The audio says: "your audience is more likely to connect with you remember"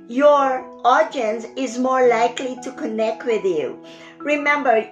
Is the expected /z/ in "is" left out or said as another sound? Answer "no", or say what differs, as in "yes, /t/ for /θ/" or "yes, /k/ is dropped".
no